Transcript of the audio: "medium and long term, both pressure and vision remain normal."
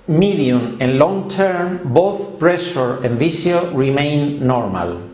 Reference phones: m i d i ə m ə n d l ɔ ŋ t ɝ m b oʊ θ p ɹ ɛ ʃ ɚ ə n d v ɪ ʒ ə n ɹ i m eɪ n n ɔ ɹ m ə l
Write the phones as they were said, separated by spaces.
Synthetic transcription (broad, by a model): m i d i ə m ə n l ɔ ŋ t ɝ m b oʊ θ p ɹ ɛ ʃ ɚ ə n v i s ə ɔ ɹ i m eɪ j n ɔ ɹ m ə l